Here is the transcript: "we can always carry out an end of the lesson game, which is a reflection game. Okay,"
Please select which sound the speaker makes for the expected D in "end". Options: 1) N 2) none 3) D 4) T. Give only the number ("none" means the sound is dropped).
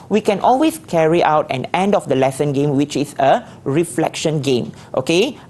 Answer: 3